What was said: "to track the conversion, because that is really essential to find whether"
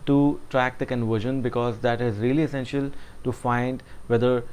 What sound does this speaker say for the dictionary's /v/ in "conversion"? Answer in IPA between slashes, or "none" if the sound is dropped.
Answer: /v/